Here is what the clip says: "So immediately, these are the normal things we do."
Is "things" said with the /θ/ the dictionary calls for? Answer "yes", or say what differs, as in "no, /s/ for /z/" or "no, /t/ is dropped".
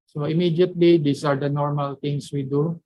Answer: no, /t/ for /θ/